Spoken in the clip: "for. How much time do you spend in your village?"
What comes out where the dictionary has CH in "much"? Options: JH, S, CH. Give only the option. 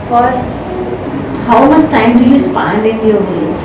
S